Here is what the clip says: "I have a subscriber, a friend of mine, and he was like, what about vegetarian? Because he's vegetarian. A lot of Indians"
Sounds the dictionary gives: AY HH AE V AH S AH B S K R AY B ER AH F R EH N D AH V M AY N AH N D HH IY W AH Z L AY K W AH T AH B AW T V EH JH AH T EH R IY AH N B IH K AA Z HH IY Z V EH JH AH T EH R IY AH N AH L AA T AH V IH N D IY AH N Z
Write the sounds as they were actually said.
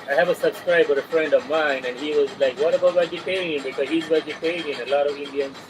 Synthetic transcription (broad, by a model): AY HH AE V AH S AH B S K R AY B ER AH F R EH N D AH V M AY N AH N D HH IY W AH Z L AY K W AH T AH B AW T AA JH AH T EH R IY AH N B IH K AA Z HH IY Z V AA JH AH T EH IY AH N AH L AA T AH V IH N D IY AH N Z